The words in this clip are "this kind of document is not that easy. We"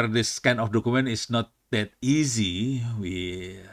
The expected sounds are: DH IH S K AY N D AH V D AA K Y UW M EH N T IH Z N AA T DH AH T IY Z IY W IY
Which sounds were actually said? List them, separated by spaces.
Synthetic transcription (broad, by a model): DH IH S K AY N AH F D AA K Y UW M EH N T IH S N AA T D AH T IY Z IY W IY